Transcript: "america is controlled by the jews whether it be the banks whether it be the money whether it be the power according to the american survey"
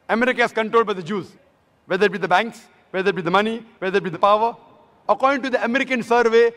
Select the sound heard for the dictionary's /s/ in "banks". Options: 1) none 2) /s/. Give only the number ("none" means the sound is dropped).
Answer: 2